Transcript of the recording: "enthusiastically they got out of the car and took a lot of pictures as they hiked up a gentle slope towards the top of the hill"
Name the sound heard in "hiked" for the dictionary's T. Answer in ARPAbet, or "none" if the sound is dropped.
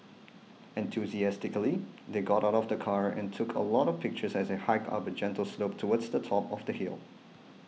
none